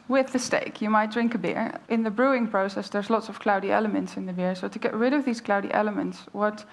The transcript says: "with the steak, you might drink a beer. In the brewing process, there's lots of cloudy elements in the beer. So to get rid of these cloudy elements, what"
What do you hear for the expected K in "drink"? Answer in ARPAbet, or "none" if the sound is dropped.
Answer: K